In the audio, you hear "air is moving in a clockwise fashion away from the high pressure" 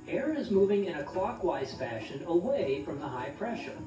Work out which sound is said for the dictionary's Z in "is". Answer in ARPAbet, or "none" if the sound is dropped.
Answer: Z